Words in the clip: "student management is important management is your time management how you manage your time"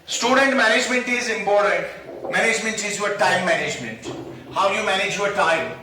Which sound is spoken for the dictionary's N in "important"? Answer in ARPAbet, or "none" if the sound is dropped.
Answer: none